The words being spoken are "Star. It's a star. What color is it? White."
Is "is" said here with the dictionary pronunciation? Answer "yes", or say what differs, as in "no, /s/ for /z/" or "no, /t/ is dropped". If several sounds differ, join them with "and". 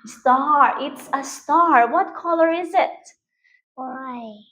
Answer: yes